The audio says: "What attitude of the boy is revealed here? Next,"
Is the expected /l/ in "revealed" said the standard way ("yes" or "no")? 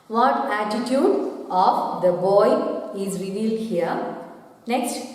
yes